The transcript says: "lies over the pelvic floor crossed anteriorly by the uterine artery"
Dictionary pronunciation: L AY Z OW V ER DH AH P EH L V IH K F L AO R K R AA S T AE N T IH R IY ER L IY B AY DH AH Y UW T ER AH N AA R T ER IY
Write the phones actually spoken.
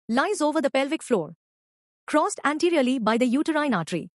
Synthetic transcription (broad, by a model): L AY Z OW V ER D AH P EH L V IH K F L AO R K R AA S T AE N T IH R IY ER L IY B AY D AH Y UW T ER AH N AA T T IY